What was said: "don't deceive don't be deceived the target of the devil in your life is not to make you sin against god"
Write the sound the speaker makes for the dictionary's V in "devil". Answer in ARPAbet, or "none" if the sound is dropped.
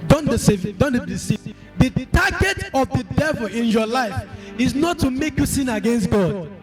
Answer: V